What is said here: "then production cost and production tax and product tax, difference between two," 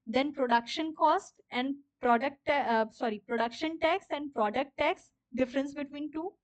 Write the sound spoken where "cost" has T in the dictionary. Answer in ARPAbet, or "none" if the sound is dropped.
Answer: T